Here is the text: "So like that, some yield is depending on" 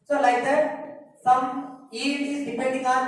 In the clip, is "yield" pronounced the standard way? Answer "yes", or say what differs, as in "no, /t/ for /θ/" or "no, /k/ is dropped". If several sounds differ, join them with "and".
no, /l/ is dropped